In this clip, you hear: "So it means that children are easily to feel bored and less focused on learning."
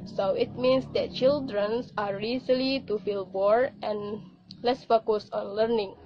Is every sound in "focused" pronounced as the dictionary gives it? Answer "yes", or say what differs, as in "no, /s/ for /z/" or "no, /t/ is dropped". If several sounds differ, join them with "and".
no, /t/ is dropped